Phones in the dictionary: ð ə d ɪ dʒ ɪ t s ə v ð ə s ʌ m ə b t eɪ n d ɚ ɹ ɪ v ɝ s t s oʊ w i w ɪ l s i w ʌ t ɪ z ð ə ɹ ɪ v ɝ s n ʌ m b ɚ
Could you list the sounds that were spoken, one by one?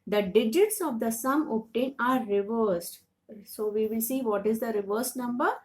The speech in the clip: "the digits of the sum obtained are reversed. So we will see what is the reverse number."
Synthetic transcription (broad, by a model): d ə d ɪ dʒ ɪ t s ə v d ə s ʌ m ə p t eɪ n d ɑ ɹ ɪ v ɝ s t s oʊ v i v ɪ l s i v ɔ t ɪ z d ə ɹ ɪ v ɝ s n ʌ m b ɚ